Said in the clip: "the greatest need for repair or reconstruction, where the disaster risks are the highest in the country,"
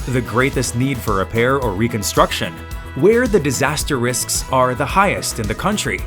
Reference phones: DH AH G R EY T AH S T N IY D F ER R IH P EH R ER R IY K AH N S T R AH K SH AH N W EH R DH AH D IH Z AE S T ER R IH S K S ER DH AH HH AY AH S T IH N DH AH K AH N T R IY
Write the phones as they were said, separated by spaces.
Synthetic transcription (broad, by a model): DH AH G R EY T AH S T N IY D F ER R IH P EH R ER R IY K AH N S T R AH K SH AH N W EH R DH AH D IH Z AE S T ER R IH S K S ER DH AH HH AY AH S T IH N DH AH K AH N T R IY